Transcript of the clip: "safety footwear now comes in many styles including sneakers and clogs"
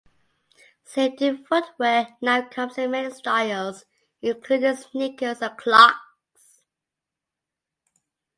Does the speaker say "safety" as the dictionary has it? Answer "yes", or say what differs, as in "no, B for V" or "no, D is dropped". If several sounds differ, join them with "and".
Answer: no, F is dropped